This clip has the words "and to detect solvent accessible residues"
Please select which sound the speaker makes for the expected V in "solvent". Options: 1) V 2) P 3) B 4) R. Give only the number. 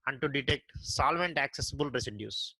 1